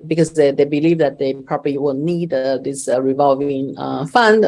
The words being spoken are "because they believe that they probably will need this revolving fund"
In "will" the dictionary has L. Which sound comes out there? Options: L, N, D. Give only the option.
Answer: N